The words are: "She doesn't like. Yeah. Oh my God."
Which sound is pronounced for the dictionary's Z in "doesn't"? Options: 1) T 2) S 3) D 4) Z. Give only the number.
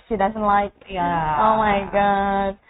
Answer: 4